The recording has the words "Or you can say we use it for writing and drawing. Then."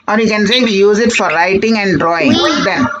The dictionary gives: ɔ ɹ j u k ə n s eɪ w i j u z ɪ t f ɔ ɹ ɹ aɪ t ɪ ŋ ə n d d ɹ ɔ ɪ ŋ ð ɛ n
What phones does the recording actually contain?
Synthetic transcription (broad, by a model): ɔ ɹ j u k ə n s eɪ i j u z ɪ t f ɔ ɹ l aɪ t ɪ ŋ ə n d d ɹ ɔ ɪ ŋ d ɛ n